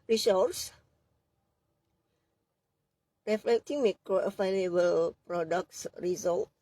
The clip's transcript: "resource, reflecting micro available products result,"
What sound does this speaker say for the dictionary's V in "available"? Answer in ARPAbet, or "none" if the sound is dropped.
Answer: F